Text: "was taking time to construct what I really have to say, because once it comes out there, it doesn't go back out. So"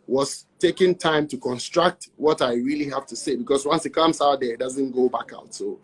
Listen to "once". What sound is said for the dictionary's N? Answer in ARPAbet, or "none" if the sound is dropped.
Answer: N